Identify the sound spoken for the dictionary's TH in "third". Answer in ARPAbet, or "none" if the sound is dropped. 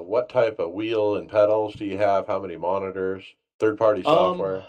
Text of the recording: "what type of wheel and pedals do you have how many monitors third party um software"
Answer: TH